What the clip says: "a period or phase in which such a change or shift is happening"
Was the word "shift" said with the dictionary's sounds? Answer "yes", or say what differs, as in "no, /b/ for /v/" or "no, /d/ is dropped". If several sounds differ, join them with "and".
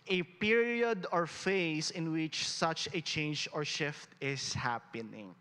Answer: yes